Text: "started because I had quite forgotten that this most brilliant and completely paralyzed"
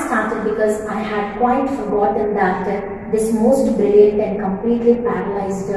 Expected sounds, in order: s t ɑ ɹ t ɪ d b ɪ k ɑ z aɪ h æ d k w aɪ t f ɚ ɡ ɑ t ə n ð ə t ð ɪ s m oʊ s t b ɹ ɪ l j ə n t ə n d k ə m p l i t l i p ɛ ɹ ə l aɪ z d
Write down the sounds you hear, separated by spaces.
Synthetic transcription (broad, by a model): s t ɑ ɹ t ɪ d b ɪ k ɑ z aɪ h æ d k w aɪ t f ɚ ɡ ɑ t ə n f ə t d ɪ s m oʊ s t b ɪ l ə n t ə n d k ə m p l i t l i p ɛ ɹ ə l aɪ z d